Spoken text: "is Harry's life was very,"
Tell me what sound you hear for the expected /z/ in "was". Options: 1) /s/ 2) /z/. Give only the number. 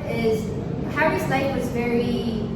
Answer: 2